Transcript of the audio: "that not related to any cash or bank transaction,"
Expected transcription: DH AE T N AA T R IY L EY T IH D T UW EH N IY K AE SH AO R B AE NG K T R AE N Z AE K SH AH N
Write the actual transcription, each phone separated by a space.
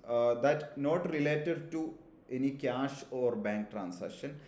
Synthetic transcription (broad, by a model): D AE T N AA T R IY L EY T IH D T UW EH N IY K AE SH AO R B AE NG K T R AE N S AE K SH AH N